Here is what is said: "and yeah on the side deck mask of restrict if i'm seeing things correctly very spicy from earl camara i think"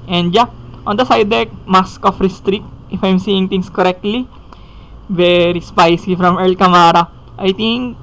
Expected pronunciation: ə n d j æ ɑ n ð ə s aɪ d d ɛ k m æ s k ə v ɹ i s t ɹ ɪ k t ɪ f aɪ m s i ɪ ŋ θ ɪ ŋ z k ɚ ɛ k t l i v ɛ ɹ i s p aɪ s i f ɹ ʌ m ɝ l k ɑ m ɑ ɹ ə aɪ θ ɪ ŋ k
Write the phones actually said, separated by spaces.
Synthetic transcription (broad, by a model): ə n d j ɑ ɑ n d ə s aɪ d d ɛ k m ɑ s k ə f ɹ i s t ɹ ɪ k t ɪ f aɪ m s i ɪ ŋ t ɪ ŋ s k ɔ ɛ k t l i v ɛ ɹ i s p aɪ s i f ɹ ʌ m ɝ l k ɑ m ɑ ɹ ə aɪ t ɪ ŋ k